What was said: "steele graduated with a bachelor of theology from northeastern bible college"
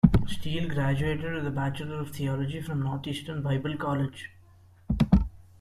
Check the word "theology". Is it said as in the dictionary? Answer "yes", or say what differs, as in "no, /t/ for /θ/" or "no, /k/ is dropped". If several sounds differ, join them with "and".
no, /t/ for /θ/